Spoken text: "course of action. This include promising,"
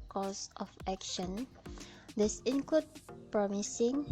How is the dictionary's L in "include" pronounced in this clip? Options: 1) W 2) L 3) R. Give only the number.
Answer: 1